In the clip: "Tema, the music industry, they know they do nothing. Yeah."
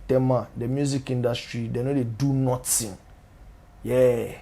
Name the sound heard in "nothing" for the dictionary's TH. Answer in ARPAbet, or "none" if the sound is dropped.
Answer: T